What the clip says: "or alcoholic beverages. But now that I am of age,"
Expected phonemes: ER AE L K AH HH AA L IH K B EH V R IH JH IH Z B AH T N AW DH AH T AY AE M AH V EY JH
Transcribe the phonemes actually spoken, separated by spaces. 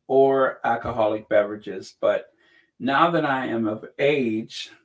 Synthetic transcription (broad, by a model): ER AE L K AH HH AA L IH K B EH V R IH JH IH Z B AH T N AW DH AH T AY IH M AH V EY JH